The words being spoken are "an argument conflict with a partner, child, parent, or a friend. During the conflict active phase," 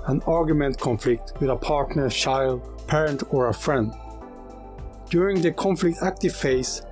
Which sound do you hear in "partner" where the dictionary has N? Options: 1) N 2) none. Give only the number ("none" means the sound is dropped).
1